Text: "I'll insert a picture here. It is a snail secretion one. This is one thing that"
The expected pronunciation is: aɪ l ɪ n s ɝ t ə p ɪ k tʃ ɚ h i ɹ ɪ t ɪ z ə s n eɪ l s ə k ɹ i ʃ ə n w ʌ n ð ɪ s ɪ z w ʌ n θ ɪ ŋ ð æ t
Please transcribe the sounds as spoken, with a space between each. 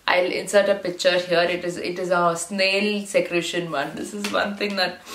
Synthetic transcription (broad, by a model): aɪ l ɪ n s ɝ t ə p ɪ k tʃ ɚ h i ɹ ɪ t ɪ z ə s n eɪ l s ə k ɹ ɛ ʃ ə n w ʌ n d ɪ s ɪ z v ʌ n t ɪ ŋ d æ t